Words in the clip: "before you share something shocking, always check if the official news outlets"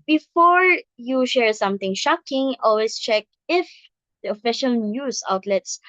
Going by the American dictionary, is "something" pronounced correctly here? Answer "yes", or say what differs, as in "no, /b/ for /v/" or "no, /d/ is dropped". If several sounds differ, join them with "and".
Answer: no, /t/ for /θ/